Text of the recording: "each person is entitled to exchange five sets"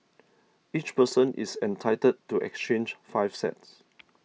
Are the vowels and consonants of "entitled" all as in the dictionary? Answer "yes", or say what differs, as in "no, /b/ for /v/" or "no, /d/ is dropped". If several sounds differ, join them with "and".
no, /l/ is dropped